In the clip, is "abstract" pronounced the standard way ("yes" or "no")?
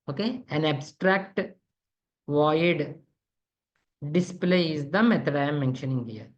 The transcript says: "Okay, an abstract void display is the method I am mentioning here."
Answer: yes